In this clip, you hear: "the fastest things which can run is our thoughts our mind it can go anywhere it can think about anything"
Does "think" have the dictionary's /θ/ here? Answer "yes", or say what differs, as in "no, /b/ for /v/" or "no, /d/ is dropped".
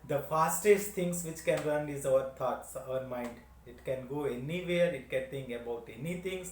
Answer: no, /t/ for /θ/